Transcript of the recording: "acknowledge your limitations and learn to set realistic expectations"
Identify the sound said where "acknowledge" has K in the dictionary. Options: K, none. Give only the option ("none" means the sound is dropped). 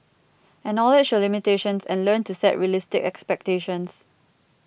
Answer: none